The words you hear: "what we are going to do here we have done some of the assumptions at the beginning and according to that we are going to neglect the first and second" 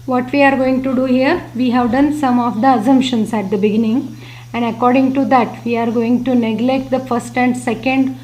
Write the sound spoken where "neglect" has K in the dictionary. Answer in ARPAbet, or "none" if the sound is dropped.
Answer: K